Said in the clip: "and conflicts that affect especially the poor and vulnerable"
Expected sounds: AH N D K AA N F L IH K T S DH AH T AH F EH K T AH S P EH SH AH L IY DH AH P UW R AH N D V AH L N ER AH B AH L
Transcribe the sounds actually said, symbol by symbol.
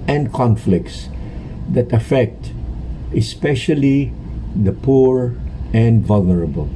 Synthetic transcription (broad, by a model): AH N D K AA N F L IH K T S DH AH T AH F EH K T AH S P EH SH AH L IY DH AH P UW R AH N D V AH L N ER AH B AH L